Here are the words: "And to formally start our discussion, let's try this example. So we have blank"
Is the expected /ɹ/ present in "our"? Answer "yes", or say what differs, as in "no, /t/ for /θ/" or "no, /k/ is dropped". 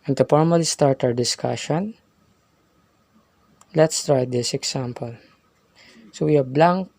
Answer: no, /w/ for /ɹ/